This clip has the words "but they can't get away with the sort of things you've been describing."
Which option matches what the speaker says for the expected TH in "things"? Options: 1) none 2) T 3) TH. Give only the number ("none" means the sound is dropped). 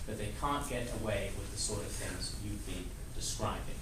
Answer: 3